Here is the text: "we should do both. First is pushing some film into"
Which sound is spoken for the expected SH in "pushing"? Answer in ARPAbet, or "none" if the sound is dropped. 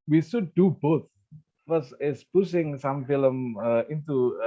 S